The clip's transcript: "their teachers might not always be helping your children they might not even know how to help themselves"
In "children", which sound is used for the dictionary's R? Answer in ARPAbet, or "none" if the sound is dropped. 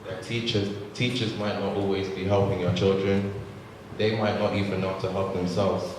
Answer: R